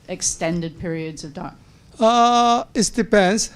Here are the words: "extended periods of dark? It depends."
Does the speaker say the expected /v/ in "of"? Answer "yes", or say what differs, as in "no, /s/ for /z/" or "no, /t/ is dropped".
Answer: yes